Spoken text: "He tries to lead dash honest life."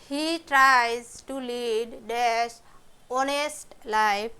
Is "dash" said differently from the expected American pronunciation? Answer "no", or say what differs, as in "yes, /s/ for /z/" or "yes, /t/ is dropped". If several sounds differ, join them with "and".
yes, /s/ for /ʃ/